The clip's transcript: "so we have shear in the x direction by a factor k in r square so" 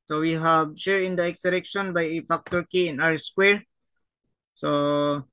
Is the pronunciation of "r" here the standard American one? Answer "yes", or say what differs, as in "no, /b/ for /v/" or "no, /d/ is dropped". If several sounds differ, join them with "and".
no, /w/ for /ɹ/